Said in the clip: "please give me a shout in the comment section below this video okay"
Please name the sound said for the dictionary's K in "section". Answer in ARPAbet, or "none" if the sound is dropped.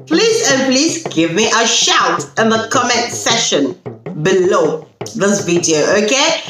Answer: none